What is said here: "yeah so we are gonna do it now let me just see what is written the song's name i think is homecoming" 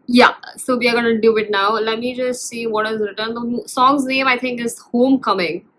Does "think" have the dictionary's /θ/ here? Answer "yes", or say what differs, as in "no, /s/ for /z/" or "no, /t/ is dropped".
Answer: no, /t/ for /θ/